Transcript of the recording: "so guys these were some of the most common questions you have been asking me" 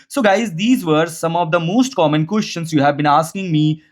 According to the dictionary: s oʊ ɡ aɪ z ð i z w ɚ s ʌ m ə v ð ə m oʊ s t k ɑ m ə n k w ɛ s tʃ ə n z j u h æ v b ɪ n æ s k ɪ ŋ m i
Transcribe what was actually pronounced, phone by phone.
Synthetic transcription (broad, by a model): s oʊ ɡ aɪ z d i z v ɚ s ʌ m ə v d ə m oʊ s t k ɑ m ə n k w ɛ s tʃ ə n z j u h æ v b ɪ n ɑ s k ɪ ŋ m i